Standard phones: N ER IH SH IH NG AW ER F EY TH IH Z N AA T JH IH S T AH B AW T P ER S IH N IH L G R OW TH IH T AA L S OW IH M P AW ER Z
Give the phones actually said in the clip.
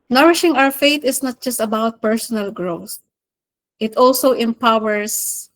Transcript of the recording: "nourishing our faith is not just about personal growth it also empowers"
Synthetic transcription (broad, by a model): N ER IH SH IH NG AW ER F EY T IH S N AA T JH IH S T AH B AW T P ER S IH N IH L G R OW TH IH T AA L S OW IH M P AW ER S